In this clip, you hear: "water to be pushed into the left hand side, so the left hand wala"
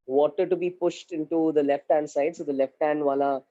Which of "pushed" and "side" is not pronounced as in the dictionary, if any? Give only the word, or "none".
none